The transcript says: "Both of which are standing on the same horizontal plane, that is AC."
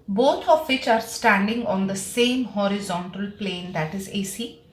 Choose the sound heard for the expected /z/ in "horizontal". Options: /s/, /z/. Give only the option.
/z/